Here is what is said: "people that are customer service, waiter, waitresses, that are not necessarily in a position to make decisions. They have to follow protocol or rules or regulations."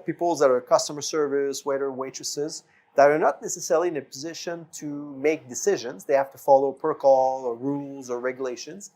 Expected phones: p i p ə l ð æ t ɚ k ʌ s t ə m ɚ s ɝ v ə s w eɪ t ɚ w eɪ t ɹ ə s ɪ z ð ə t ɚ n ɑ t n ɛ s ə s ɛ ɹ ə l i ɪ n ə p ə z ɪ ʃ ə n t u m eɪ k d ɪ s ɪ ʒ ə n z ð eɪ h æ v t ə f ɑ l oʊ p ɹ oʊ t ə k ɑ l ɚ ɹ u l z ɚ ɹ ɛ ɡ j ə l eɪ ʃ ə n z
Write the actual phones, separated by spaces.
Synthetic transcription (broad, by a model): p i p l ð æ t ɚ k ʌ s t ə m ɚ s ɝ v ə s w eɪ t ɚ w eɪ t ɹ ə s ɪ z ð ə t ɚ n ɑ t n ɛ s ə s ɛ ɹ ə l i ɪ n ə p ə z ɪ ʃ ə n t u m eɪ k d ɪ s ɪ ʒ ə n z ð eɪ h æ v t ə f ɑ l oʊ p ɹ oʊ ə k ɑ l ɚ ɹ u l z ɚ ɹ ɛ ɡ j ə l eɪ ʃ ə n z